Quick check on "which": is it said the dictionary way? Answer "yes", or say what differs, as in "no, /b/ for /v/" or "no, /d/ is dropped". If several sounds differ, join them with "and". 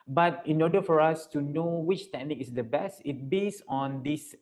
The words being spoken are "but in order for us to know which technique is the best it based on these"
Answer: yes